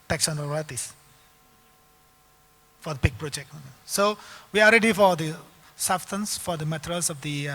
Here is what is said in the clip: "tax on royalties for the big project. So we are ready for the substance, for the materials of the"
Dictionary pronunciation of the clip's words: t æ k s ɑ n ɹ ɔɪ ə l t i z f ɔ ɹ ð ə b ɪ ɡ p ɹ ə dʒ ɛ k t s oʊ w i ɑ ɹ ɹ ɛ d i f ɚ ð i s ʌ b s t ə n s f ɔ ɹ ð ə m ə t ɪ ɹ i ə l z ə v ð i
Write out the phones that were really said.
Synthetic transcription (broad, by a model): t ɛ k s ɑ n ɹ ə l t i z f ɔ ɹ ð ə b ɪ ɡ p ɹ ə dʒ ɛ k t s oʊ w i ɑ l ɹ ɛ d i f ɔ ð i s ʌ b s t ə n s f ɔ ɹ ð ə m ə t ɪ ɹ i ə l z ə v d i